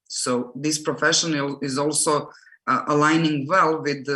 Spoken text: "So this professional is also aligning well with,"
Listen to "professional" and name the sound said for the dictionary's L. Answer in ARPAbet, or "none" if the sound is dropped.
N